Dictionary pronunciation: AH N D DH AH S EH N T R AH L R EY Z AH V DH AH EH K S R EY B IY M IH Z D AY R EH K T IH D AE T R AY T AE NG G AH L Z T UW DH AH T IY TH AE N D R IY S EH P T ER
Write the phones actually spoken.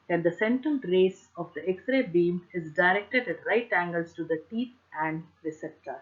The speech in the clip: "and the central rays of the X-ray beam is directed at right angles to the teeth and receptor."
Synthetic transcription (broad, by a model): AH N D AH S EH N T AH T R EY S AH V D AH EH K S R EY B IY M IH Z D AY R EH K T IH D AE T R AY T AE NG G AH L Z T UW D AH T IY T AE N D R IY S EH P T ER